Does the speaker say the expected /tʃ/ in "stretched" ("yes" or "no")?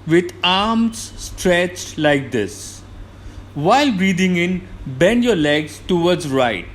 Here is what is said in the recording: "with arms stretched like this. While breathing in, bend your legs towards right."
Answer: yes